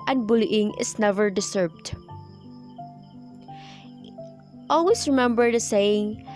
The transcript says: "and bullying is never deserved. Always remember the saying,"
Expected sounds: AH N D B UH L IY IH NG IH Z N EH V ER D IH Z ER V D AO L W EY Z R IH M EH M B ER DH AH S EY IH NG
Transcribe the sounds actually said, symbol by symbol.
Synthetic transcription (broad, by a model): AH N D B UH L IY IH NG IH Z N EH V ER D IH S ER B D AO L W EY S R IH M EH M B ER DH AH S EY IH NG